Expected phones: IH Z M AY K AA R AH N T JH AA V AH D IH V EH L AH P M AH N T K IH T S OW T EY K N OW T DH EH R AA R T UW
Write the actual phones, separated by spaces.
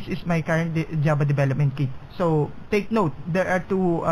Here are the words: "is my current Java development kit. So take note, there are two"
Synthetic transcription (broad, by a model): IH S M AY K AA R AH N T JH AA B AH D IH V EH L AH P M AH N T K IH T S OW T EY K N OW T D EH R AA R T UW